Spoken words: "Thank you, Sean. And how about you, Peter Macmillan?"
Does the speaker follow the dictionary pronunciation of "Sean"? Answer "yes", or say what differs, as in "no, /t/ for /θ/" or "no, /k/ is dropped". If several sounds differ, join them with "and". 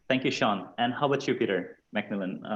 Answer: yes